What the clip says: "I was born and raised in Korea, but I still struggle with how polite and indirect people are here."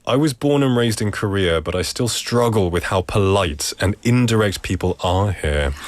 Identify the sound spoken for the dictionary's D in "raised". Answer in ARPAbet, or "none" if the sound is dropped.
D